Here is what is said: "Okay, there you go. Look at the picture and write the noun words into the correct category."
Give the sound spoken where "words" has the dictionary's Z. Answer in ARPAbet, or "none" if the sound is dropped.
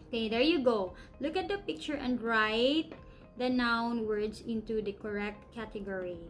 S